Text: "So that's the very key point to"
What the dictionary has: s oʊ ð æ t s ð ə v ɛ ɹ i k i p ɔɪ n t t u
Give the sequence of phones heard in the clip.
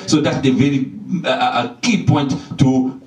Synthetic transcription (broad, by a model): s oʊ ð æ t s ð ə v ɛ ɹ i k i p ɔɪ n t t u